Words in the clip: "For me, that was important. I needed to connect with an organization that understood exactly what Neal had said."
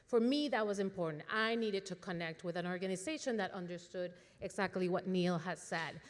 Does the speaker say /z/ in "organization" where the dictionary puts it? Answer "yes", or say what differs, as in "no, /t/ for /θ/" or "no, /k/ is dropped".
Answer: yes